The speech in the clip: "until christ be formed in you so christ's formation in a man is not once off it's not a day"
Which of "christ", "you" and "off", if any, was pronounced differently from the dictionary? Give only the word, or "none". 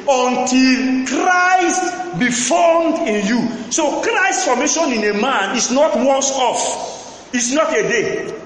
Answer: none